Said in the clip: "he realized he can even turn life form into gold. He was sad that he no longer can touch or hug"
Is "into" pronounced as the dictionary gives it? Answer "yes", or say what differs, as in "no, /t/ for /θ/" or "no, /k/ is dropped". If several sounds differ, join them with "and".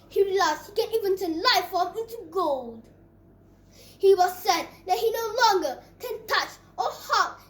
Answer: yes